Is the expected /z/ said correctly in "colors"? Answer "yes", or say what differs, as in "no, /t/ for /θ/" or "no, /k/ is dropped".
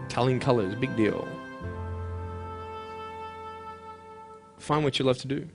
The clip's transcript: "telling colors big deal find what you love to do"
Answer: yes